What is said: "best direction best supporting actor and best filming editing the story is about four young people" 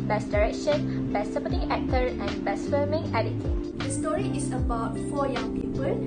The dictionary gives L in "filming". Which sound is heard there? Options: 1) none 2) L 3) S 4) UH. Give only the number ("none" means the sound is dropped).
1